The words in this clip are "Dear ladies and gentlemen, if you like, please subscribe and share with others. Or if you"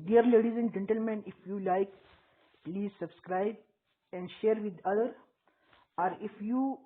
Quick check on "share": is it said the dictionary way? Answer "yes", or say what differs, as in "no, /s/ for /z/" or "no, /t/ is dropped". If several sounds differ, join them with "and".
yes